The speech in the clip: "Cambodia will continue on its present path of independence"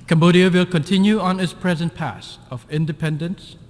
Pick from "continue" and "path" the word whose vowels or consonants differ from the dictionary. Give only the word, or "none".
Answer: path